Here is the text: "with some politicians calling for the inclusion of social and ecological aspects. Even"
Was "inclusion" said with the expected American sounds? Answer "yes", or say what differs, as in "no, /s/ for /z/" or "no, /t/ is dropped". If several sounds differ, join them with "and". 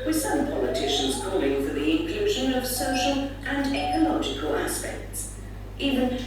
yes